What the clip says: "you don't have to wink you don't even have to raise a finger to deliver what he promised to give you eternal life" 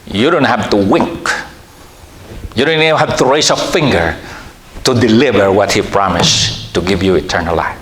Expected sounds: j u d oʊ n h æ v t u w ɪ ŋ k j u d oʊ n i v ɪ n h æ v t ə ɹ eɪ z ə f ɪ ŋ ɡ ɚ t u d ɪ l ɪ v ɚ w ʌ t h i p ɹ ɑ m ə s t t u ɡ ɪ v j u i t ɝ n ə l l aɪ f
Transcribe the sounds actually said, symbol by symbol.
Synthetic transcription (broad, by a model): j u d oʊ n h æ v t u w ɪ ŋ k j u d oʊ n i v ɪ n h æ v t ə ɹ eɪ s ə f ɪ ŋ ɡ ɚ t u d ɪ l ɪ v ɚ w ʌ t h i p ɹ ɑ m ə s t t u ɡ ɪ v j u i t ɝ n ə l l aɪ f